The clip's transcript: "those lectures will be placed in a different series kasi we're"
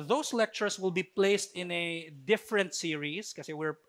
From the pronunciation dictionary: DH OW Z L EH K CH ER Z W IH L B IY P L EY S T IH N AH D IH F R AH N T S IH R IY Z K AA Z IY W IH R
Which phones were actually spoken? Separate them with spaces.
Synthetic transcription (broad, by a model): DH OW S L EH K CH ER S W IH L B IY P L EY S T IH N AH D IH F R AH N T S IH R IY S K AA S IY W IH R